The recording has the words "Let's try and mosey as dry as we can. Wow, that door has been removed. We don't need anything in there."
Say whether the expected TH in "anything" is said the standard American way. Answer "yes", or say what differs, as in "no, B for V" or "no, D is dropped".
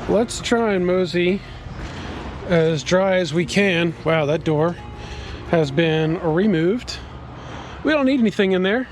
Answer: yes